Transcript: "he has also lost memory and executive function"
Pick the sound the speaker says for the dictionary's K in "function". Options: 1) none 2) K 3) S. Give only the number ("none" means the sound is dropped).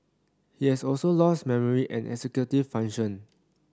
1